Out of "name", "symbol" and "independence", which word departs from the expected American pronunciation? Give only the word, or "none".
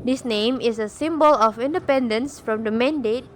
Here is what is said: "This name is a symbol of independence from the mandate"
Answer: none